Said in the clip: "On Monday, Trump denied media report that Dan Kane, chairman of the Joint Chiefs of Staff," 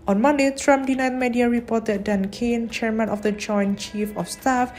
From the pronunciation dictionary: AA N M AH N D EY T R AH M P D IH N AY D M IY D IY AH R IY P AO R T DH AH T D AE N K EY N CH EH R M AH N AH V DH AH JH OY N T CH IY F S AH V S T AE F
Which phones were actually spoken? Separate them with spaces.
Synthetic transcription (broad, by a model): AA N M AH N D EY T R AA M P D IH N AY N M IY D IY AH R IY P AO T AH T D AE N K EY N CH EH R M AH N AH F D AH JH OY N CH IY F AH F S T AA F